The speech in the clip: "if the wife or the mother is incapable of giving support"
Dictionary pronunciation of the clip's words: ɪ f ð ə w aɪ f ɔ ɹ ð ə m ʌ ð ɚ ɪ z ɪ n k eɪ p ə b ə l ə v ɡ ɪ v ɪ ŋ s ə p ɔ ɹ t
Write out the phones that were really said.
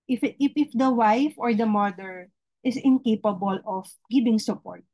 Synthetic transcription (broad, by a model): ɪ f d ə w aɪ f ɔ ɹ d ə m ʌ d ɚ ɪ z ɪ n k eɪ p ə b ə l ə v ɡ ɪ b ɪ ŋ s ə p ɔ ɹ t